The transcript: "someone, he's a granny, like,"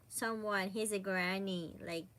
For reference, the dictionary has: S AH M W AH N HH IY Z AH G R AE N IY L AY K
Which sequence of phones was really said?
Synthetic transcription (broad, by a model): S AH M W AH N HH IY Z AH G R AE N IY L AY K